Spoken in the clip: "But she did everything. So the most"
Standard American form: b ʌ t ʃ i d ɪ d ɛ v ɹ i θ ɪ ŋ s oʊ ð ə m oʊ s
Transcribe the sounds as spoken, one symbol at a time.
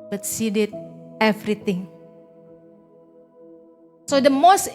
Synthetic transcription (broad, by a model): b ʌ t s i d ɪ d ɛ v ɹ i t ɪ ŋ s oʊ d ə m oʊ s